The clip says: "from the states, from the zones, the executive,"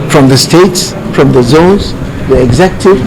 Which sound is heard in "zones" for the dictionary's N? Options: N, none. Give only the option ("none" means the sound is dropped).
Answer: none